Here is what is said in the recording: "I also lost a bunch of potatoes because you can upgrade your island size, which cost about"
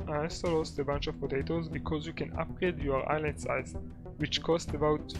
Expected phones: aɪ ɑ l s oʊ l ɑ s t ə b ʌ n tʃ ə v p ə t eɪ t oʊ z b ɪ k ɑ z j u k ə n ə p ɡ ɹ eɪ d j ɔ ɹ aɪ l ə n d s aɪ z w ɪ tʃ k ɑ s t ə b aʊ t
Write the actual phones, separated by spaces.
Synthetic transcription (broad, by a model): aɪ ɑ s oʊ l ɑ s t ə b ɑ n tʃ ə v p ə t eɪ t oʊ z b ɪ k ɑ z j u k ə n ə p ɡ ɹ eɪ d j ɔ ɹ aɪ l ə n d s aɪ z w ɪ tʃ k ɑ s t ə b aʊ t